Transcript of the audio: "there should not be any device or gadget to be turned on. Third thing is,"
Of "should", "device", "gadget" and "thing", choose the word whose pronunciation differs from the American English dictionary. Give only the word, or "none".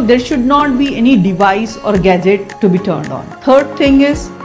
thing